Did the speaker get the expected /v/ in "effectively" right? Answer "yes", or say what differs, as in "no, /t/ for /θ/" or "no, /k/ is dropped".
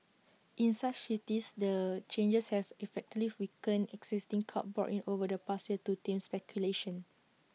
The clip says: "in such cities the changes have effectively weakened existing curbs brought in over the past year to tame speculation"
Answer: no, /v/ is dropped